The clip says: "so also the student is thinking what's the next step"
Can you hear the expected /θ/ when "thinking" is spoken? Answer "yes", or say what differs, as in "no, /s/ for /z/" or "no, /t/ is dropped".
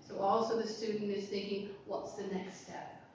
yes